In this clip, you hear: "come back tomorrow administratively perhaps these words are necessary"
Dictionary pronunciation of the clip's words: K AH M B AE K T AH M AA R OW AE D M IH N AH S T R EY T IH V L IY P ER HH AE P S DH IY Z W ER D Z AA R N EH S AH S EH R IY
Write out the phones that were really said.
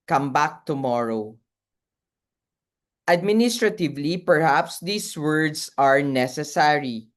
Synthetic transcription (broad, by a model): K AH M B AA K T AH M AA R OW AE D M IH N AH S T R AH T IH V L IY P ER HH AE P S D IY S W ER D S AA R N EH S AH S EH R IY